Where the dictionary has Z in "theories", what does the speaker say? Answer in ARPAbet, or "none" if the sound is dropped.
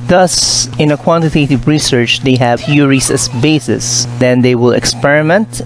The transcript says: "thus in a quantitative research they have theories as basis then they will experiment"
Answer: S